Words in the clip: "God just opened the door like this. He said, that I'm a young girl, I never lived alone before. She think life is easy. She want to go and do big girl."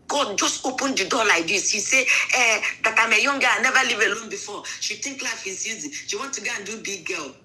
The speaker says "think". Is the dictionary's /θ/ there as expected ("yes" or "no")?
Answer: no